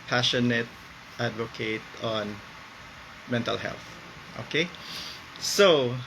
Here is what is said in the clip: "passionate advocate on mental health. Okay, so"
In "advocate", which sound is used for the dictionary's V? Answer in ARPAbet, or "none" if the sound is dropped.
V